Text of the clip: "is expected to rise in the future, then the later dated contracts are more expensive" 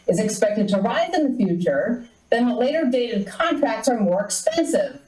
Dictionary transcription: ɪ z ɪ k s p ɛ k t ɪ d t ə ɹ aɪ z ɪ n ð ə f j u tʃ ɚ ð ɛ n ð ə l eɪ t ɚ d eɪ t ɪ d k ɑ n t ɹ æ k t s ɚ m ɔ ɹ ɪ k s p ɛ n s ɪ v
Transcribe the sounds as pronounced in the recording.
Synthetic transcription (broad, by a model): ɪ z ɪ k s p ɛ k t ɪ d t ə ɹ aɪ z ɪ n ð ə f j u tʃ ɚ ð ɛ n ð ə l eɪ t ɚ d eɪ t ɪ d k ɑ n t ɹ æ k t s ɚ m ɔ ɹ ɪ k s p ɛ n s ɪ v